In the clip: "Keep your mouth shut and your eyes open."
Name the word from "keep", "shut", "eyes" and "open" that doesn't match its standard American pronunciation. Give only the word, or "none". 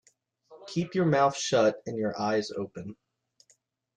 none